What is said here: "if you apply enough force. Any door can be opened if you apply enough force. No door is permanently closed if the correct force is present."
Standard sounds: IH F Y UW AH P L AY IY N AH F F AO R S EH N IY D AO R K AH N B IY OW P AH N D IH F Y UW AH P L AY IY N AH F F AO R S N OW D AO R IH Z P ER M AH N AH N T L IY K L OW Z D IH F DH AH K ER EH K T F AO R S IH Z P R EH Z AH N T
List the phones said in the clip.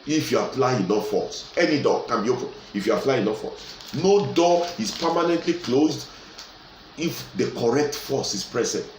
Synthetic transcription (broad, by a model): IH F Y UW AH F L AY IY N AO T F AO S EH N IY D AO K AH N B IY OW P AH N IH F Y UW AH F L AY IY N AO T F AO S N OW D AO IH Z P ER M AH N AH N T L IY K L OW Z D IH F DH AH K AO EH K T F AO S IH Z P R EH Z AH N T